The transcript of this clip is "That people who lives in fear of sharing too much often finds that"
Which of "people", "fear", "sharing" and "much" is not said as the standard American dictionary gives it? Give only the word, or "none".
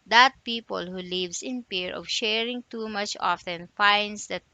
fear